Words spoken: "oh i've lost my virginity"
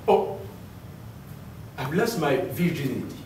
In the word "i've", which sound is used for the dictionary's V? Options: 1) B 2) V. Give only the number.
1